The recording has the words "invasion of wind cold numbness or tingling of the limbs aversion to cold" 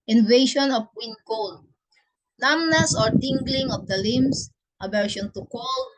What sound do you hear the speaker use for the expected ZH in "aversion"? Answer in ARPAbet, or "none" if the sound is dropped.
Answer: SH